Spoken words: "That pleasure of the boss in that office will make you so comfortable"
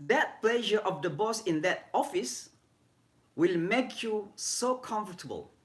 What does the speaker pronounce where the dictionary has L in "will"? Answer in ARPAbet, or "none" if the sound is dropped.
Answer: L